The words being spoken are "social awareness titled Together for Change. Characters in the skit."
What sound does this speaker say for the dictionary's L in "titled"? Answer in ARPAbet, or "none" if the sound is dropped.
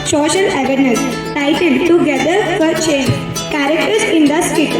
N